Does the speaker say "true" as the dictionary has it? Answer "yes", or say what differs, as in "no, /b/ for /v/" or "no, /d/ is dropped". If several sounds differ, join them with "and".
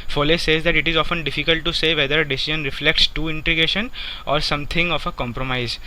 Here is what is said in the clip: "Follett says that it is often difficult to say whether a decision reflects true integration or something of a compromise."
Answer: no, /ɹ/ is dropped